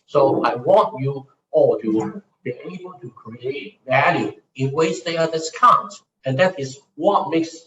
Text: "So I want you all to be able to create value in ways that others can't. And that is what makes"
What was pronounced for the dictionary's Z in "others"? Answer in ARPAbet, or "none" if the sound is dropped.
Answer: S